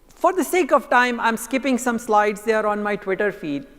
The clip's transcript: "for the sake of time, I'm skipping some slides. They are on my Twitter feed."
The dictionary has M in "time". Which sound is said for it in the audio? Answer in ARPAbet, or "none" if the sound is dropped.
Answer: M